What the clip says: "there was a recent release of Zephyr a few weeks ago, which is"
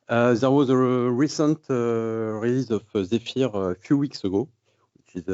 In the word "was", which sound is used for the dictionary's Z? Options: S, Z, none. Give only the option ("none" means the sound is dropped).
Z